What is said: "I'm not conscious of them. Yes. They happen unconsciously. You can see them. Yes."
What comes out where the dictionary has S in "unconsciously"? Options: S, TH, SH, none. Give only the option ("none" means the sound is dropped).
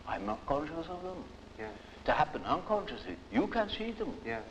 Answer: S